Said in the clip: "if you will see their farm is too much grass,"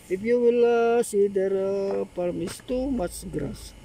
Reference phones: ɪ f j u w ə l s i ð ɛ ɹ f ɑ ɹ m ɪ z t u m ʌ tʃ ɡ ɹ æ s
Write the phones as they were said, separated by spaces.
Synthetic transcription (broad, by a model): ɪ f j u w ə l s i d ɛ ɹ p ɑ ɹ m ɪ s t u m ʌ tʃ ɡ ɹ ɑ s